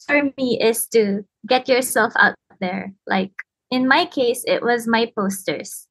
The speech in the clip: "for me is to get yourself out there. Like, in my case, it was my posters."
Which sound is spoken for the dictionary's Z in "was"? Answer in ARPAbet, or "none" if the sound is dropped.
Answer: Z